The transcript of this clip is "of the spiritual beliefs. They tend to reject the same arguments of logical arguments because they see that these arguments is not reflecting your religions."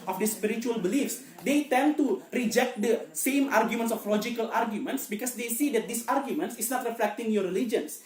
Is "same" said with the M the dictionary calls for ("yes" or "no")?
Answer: yes